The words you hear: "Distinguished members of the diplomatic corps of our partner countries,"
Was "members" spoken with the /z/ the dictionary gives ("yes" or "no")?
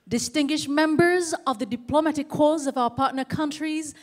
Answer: yes